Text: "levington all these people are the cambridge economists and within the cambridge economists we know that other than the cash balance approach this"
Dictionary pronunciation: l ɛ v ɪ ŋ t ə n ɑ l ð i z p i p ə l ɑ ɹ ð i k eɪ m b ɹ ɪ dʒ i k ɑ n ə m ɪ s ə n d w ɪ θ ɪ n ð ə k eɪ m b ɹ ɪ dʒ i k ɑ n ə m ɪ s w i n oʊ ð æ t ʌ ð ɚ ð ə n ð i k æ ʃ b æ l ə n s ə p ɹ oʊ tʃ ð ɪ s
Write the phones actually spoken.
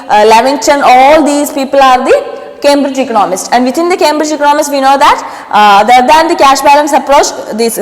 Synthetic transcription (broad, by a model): l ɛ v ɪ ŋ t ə n ɑ l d i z p i p ə l ɑ ɹ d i k eɪ m b ɹ ɪ dʒ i k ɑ n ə m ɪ s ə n d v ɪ t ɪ n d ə k eɪ m b ɹ ɪ dʒ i k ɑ n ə m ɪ s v i n oʊ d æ t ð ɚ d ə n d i k æ ʃ b æ l ə n s ə p ɹ oʊ tʃ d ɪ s